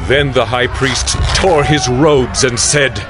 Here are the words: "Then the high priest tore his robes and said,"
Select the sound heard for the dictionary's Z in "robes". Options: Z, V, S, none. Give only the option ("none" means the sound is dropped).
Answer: Z